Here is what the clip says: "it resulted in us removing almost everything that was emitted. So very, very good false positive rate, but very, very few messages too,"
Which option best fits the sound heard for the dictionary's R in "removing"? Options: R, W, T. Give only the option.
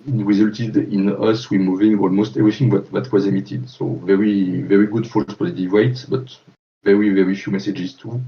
W